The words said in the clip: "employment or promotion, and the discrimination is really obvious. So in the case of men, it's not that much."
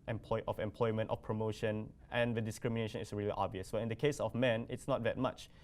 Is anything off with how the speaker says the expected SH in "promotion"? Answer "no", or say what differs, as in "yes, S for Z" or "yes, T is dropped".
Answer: no